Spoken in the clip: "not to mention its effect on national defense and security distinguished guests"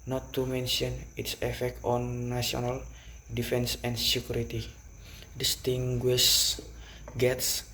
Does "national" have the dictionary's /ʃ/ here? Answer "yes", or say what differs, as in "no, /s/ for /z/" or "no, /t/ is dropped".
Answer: no, /ʃ/ is dropped